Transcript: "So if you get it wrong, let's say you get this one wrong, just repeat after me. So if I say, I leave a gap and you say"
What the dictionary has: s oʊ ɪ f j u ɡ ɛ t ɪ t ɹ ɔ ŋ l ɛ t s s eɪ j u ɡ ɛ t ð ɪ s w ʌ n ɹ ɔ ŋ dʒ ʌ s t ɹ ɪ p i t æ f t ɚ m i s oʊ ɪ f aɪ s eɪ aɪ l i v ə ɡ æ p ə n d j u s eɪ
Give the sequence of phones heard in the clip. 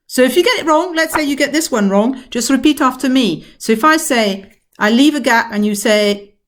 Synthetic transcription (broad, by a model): s oʊ ɪ f j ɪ ɡ ɛ t ɪ t ɹ ɔ ŋ l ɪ t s s eɪ j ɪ ɡ ɛ t ð ɪ s w ʌ n ɹ ɔ ŋ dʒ ʌ s t ɹ ɪ p i t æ f t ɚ m i s oʊ ɪ f aɪ s eɪ aɪ l i v ə ɡ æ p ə n j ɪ s eɪ